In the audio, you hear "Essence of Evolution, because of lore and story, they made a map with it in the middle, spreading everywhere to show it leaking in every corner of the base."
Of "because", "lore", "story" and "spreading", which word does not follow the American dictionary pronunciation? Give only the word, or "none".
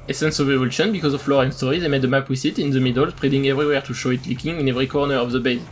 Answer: none